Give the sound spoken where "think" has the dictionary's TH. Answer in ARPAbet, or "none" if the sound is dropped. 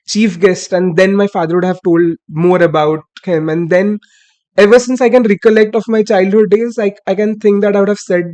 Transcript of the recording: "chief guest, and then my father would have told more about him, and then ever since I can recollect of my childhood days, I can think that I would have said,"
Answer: T